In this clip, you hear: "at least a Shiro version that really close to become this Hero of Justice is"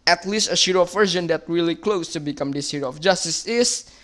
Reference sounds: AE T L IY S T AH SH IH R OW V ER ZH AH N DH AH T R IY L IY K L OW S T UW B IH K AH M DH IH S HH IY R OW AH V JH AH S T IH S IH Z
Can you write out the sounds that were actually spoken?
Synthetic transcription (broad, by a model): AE T L IY S T AH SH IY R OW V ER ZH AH N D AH T R IY L IY K L OW S T UW B IH K AH M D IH S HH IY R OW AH F JH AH S T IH S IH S